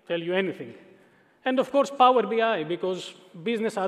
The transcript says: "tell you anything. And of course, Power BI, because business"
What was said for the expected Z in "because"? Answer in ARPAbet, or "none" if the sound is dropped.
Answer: Z